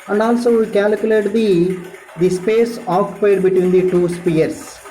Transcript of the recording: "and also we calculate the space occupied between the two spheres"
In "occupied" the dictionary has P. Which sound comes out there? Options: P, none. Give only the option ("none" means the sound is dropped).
none